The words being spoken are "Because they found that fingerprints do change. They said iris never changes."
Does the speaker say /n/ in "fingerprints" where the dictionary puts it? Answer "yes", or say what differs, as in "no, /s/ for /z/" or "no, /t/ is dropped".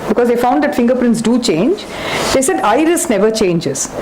yes